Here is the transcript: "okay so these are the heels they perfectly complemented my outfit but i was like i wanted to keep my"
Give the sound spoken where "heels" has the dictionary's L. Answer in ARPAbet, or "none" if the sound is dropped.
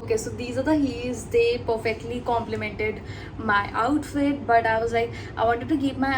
none